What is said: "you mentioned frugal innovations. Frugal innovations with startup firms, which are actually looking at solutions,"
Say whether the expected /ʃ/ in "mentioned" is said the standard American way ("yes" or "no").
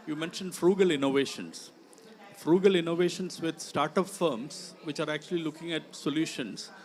yes